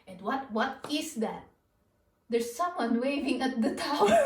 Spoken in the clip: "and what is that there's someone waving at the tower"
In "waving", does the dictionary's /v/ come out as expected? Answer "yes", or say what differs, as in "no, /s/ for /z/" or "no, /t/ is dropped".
yes